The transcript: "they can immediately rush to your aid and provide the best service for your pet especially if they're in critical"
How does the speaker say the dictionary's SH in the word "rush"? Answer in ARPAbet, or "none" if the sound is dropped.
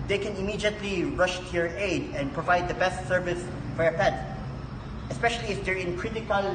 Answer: SH